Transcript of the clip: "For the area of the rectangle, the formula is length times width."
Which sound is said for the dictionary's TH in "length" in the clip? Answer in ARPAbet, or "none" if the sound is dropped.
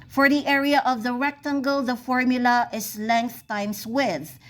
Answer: TH